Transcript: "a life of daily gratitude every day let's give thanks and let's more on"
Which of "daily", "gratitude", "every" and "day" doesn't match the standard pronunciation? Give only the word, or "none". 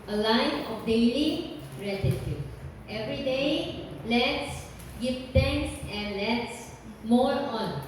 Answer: gratitude